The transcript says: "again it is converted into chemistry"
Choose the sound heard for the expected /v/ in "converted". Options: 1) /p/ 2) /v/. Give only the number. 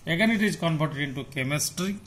1